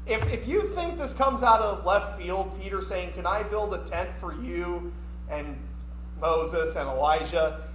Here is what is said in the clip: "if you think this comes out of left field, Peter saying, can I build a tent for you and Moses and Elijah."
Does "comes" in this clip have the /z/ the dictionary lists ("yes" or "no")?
yes